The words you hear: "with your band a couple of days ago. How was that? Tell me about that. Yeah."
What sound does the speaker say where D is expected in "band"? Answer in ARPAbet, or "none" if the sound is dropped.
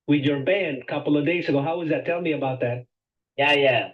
D